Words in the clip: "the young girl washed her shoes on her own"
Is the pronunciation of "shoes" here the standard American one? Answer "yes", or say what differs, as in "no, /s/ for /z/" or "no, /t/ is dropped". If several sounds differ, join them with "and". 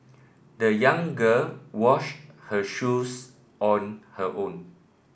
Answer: no, /s/ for /z/